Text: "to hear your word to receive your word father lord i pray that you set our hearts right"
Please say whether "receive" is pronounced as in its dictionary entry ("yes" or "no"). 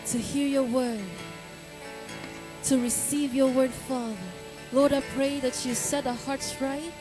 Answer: yes